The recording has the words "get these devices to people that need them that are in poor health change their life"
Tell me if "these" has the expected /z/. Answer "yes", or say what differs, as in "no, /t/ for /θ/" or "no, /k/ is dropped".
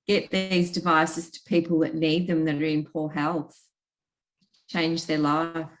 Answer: yes